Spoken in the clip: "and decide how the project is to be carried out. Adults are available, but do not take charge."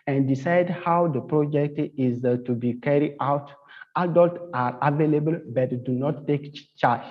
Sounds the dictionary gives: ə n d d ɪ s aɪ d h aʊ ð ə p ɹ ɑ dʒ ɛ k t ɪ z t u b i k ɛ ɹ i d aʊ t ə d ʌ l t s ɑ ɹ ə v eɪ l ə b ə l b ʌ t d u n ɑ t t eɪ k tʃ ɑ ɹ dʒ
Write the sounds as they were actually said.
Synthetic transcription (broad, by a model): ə n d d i s aɪ d h aʊ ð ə p ɹ ɑ dʒ ɛ k t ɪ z t u b i k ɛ ɹ i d aʊ t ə d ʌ l t ɑ ɹ ə v eɪ l ə b ə l b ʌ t d u n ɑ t t eɪ k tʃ ɑ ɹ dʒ